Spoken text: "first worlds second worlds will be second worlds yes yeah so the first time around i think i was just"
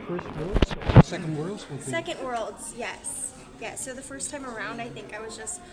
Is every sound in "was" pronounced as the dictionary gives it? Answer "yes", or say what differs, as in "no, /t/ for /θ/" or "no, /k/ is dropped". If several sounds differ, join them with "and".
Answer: yes